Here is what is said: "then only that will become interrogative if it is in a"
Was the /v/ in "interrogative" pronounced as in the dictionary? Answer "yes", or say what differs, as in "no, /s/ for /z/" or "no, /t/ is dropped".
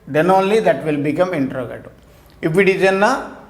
no, /p/ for /v/